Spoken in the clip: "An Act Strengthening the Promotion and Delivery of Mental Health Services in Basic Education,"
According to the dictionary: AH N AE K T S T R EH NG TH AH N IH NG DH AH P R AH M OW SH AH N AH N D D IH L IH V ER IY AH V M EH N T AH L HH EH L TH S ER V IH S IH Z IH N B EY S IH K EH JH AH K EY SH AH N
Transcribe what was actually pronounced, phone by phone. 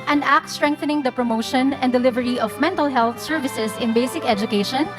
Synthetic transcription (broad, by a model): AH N AE K T S T R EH NG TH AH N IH NG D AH P R AH M OW SH AH N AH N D D IH L IH V ER IY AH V M EH N T AH L HH EH L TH S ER V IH S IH S IH N B EY S IH K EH JH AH K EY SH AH N